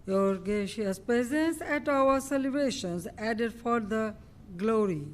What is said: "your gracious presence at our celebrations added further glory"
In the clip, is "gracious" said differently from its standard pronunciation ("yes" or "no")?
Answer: yes